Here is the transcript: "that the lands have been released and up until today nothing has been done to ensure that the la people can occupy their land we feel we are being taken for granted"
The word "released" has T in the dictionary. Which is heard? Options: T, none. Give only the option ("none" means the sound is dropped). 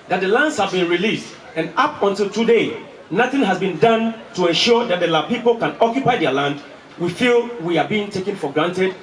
T